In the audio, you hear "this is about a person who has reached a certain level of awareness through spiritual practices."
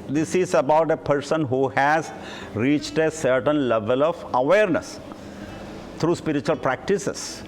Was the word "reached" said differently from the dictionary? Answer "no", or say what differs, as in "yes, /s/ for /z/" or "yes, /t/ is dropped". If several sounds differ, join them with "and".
no